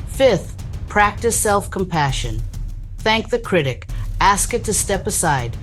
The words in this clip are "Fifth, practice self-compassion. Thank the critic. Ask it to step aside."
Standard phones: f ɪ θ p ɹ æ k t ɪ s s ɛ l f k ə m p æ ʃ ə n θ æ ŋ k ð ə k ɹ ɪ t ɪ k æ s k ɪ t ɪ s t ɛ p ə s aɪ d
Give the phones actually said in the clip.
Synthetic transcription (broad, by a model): f ɪ θ p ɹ æ k t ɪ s s ɛ l f k ə m p æ ʃ ə n θ æ ŋ k ð ə k ɹ ɪ t ɪ k æ s k ɪ t ɪ s t ɛ p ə s aɪ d